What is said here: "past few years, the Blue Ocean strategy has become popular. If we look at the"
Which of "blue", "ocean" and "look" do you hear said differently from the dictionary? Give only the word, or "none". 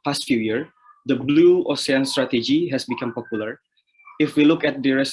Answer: ocean